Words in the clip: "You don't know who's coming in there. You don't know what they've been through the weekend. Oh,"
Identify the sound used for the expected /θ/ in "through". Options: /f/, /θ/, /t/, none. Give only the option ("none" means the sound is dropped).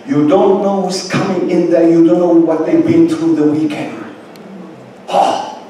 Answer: /t/